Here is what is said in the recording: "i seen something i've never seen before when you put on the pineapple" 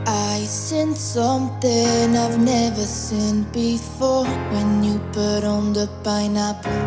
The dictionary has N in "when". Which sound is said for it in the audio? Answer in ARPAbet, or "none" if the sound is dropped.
N